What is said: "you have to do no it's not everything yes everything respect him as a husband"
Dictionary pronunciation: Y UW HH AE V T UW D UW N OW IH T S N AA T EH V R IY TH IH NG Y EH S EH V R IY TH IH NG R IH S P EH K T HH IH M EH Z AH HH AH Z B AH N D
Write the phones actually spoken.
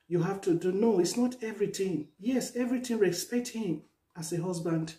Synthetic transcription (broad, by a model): Y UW HH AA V T UW D UW N OW IH T S N AA T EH V R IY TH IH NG Y EH S EH V R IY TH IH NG R IH S P EH K T HH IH M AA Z AH HH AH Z B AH N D